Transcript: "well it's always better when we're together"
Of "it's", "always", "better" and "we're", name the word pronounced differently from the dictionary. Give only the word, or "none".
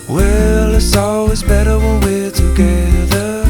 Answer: we're